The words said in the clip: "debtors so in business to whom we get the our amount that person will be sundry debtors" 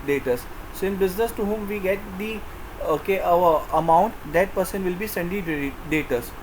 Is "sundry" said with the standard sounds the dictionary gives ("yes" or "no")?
no